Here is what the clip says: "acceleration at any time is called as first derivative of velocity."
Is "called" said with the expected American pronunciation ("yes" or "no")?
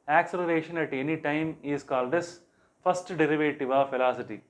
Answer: yes